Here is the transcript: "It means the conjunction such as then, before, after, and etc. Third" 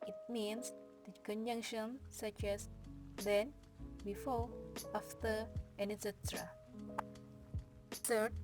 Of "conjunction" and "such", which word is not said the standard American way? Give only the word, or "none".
none